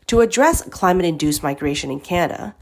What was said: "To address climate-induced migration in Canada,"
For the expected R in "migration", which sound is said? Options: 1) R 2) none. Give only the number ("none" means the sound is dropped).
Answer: 1